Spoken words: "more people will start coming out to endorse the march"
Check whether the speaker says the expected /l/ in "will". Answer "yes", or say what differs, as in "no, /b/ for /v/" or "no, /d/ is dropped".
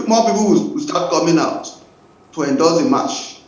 no, /w/ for /l/